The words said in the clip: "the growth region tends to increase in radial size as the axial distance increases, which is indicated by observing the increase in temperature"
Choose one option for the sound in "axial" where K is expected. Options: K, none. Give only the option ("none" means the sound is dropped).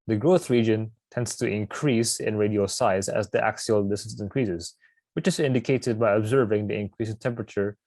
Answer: K